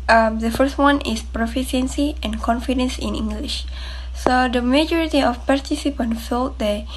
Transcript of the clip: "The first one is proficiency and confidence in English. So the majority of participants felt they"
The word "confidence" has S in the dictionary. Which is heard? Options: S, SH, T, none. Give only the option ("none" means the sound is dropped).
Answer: S